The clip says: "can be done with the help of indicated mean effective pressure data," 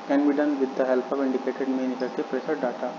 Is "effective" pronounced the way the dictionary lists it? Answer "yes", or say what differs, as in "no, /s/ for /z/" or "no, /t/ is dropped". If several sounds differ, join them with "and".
no, /k/ is dropped